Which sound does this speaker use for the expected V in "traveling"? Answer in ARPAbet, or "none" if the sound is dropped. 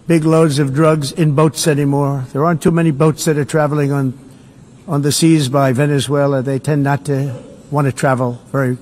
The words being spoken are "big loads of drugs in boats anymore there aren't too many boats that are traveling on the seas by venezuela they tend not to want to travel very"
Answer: V